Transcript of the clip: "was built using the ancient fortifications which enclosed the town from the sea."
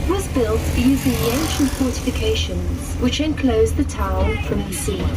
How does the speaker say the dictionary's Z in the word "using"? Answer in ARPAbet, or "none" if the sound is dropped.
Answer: Z